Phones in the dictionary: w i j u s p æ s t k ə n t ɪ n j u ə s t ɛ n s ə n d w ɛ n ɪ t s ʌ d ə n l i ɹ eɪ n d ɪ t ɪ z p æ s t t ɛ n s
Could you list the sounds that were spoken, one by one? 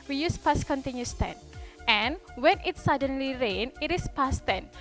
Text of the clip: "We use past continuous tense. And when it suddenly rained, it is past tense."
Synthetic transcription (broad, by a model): w i j u s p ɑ s k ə n t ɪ n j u s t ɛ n ə n w ɛ n ɪ t s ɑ d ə n l i ɹ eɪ n ɪ t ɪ s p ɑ s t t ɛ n